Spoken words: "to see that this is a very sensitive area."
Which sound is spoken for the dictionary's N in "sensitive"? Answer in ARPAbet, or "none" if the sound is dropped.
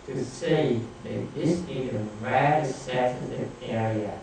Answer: none